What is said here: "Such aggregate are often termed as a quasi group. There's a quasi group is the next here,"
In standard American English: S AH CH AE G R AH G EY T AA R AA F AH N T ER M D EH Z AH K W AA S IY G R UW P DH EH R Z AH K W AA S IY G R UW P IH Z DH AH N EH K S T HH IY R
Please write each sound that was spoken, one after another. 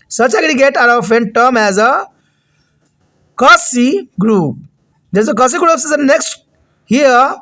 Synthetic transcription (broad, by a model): S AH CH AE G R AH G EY T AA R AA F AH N T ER M EH Z AH K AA S IY G R UW P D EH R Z AH K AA S IY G R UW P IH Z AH N EH K S T HH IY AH